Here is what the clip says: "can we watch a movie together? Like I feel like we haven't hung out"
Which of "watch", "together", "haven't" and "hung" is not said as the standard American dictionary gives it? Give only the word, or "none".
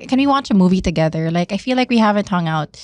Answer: none